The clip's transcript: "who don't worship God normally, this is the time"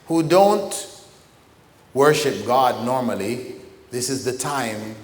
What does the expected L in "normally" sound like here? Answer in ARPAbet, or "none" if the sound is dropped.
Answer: L